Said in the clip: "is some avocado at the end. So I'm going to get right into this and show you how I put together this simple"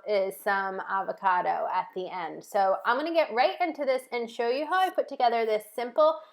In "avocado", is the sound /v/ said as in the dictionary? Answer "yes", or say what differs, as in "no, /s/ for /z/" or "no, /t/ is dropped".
yes